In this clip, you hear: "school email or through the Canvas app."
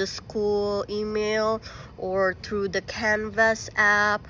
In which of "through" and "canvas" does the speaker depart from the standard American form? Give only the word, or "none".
none